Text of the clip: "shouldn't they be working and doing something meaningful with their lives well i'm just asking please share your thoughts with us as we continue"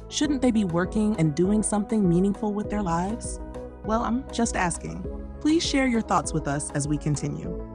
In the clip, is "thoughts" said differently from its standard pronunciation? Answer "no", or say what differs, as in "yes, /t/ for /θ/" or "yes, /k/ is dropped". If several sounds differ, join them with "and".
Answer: no